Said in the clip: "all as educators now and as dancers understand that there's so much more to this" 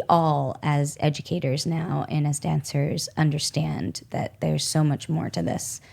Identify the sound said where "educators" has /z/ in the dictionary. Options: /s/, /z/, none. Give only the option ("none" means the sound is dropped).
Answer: /z/